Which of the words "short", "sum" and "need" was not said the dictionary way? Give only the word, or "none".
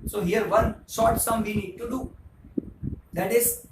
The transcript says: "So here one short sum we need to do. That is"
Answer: short